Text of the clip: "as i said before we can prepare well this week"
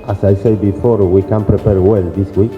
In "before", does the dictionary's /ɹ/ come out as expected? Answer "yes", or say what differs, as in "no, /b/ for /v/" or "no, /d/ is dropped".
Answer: yes